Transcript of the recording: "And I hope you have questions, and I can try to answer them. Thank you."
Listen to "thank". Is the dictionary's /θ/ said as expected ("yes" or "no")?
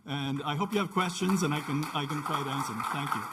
yes